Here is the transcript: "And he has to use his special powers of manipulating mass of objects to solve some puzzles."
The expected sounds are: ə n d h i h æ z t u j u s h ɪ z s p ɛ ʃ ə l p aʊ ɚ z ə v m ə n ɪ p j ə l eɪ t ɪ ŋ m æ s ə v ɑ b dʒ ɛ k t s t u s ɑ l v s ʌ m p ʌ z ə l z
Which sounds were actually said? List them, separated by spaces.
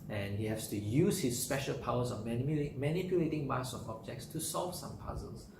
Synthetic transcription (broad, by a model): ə n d h i h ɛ s t u j u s h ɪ s p ɛ ʃ ə l p aʊ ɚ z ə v m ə n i p j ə l eɪ t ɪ ŋ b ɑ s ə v ɑ b dʒ ɛ k t s t u s ɑ l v s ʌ m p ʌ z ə l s